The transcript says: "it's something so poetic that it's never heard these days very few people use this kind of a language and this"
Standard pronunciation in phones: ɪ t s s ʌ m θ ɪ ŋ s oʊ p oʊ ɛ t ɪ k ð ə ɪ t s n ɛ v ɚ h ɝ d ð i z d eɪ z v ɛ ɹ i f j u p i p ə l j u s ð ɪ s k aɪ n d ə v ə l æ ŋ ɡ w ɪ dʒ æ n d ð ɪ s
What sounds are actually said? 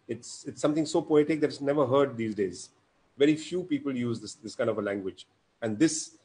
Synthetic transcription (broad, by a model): ɪ t s s ʌ m t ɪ ŋ s oʊ p oʊ ɛ t ɪ k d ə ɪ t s n ɛ v ɚ h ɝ d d i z d eɪ z v ɛ ɹ i f j u p i p ə l j u s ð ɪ s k aɪ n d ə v ə l æ ŋ ɡ w ɪ dʒ æ n d ɪ s